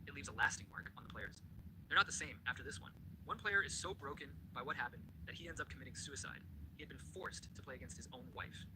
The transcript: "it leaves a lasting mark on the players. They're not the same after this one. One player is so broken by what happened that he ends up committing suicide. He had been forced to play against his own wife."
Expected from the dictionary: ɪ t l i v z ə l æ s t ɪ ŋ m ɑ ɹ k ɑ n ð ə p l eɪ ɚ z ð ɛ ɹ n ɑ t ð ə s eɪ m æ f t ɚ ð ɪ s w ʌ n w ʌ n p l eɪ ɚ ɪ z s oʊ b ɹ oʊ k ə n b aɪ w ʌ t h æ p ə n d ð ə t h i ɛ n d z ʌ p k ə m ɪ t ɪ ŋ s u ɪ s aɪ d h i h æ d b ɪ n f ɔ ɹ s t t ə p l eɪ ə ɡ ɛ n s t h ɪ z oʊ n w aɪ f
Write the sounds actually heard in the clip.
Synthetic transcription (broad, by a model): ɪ t l i v z ə l æ s t ɪ ŋ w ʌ ɹ k n ð ə p l eɪ ɚ z ð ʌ ɹ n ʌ t ð ə s eɪ m æ f t ɚ ð ɪ s w ʌ n w ʌ n p l eɪ ɚ ɪ z s oʊ b ɹ oʊ k ə n b aɪ w ʌ t h æ p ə n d ð ə t h i ɛ n d z ʌ p k ə m ɪ t ɪ ŋ s u ɪ s aɪ d h i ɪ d b ɪ n f ɔ ɹ s t t ə p l eɪ ə ɡ ɛ n s t h ɪ z oʊ n w aɪ f